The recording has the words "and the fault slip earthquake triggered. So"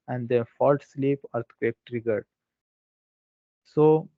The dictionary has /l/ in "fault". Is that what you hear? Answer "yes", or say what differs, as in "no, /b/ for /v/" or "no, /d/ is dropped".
yes